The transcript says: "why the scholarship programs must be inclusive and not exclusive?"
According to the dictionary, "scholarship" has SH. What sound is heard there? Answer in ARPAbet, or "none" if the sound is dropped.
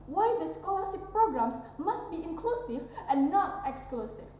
S